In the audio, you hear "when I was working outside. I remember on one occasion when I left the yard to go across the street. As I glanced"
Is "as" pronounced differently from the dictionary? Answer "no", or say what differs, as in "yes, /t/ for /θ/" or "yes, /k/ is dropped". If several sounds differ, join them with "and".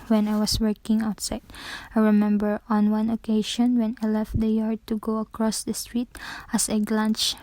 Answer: yes, /s/ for /z/